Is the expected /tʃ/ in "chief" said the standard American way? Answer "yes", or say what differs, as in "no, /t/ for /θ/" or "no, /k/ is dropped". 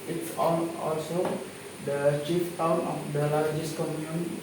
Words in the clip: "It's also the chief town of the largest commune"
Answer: yes